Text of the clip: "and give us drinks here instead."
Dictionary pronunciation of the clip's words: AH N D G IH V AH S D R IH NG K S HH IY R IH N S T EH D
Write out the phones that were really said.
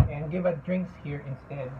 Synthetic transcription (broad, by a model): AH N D G IH V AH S D R IH NG K S HH IY R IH N S T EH D